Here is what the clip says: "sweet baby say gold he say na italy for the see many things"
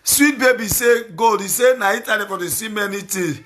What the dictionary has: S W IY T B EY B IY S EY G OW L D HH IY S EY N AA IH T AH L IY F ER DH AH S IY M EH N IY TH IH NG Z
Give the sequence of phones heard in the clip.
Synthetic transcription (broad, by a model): S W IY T B EY B IY S EY G OW D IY S EY N AA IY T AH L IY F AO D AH S IY M EH N IY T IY